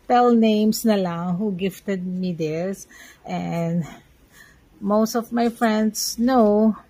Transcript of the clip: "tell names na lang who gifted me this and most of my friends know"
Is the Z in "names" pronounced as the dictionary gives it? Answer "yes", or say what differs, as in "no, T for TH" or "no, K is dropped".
no, S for Z